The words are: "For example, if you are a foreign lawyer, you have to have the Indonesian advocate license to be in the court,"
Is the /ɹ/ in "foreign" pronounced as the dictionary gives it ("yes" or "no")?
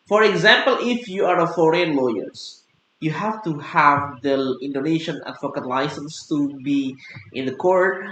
yes